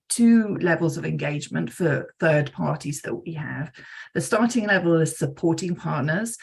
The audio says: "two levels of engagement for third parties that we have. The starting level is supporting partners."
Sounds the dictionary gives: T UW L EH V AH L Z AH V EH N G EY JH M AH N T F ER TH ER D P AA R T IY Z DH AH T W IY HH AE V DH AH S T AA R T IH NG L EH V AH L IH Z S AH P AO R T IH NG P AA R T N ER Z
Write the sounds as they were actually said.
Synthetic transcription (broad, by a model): T UW L EH V AH L Z AH V EH N G EY JH M AH N T F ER TH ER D P AA T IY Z DH AH T W IY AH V DH AH S T AA T IH NG L EH V AH L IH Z S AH P AO T IH NG P AA T N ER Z